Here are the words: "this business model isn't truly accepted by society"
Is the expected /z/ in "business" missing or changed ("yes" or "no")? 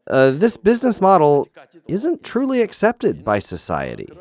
no